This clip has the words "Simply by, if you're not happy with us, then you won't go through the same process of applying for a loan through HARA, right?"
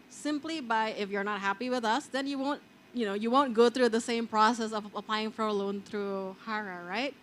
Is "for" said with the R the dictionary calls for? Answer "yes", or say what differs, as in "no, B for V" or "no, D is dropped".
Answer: yes